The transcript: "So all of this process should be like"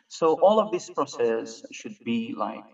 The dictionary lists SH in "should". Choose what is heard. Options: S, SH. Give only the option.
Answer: SH